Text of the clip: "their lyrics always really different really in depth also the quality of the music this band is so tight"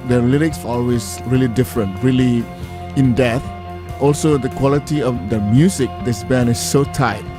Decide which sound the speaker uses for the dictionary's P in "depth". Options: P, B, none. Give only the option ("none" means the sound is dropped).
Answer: none